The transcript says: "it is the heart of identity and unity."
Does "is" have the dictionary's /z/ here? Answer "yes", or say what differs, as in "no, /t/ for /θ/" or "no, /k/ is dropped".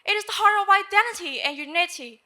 yes